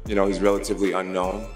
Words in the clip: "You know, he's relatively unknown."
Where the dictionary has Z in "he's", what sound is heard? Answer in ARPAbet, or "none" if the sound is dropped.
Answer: Z